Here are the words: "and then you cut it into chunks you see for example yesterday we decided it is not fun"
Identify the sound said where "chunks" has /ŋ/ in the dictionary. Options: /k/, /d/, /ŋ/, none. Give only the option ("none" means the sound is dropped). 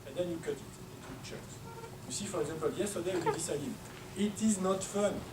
none